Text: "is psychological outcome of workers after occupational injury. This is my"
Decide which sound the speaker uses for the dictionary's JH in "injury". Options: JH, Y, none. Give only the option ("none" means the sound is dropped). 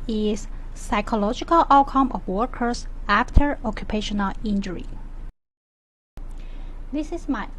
JH